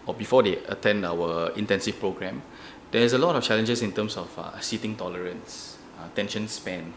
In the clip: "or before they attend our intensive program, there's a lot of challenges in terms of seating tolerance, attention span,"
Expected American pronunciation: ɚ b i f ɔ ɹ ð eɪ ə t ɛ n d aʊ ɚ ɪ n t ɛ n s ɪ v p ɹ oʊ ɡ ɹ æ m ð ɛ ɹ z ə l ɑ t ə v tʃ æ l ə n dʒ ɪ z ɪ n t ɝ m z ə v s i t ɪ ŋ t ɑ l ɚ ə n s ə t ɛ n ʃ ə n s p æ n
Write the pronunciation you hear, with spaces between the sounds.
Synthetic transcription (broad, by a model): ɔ b i f ɔ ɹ eɪ ə t ɛ n d aʊ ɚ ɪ n t ɛ n s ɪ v p ɹ oʊ ɡ ɹ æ m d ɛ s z ə l ɑ t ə f tʃ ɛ l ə n dʒ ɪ s ɪ n t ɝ m s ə f s i t ɪ ŋ t ɑ l ɚ ə n s ə t ɛ n ʃ ə n s p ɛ n